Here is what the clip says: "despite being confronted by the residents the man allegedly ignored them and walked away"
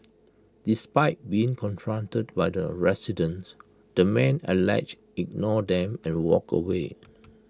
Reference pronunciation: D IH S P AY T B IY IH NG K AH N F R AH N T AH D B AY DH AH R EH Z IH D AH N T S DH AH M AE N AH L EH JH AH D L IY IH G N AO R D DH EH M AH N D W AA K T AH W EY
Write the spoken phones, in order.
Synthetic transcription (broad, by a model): D IH S P AY T B IY IH NG K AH N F R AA N T AH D B AY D AH R EH S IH D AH N S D AH M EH N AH L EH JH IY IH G N AO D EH M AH N W AA K AH W EY